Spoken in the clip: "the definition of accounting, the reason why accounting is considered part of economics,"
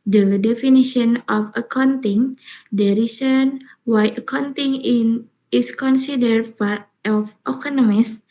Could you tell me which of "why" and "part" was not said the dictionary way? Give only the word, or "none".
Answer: part